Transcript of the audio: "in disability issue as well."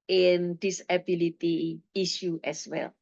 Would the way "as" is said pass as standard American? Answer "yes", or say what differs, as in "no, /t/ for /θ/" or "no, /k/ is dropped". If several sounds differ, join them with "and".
no, /s/ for /z/